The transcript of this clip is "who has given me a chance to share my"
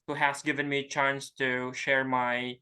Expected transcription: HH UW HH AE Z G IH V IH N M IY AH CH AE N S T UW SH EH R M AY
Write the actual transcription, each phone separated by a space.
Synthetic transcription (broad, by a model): HH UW HH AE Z G IH V IH N M IY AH CH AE N S T UW SH EH R M AY